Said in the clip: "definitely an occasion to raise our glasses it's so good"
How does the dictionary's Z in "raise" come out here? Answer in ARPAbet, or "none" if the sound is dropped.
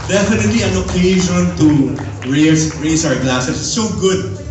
S